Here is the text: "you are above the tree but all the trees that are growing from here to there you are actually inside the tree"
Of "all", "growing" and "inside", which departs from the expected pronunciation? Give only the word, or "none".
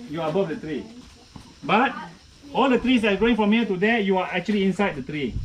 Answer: growing